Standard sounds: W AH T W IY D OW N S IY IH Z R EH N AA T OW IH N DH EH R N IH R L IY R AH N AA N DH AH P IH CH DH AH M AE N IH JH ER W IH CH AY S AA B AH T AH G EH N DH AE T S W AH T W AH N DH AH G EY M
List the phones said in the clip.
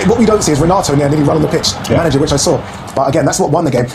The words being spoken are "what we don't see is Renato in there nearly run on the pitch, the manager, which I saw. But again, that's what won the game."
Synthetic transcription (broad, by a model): W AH T W IY D OW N S IY IH Z R EH N AA T OW IH N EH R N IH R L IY R AH N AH N DH AH P IH CH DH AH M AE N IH JH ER W IH CH AY S AA B AH T AH G EH N DH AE T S W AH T W AH N DH AH G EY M